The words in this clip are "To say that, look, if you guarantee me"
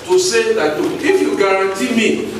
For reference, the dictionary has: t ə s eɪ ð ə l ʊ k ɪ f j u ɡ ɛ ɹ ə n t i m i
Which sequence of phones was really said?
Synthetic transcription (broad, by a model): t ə s eɪ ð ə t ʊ ɪ f j u ɡ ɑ ɹ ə n t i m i